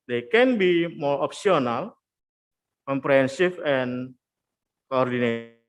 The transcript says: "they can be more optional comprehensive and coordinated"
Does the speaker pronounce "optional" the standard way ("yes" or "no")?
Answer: no